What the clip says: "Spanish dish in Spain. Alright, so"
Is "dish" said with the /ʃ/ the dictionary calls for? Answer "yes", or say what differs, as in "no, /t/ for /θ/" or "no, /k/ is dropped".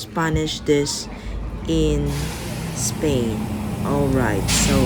no, /s/ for /ʃ/